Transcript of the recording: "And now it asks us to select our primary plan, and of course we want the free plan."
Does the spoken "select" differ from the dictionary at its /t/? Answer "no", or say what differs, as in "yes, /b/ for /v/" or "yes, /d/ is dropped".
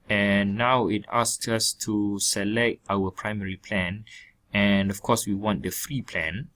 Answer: no